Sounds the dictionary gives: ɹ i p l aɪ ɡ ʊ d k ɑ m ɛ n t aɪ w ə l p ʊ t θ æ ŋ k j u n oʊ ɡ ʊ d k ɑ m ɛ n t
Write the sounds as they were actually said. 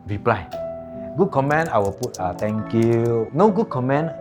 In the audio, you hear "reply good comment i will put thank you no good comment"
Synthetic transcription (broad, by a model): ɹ i p l aɪ ɡ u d k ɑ m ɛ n aɪ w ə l p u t t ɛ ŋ k j u n oʊ ɡ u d k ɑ m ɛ n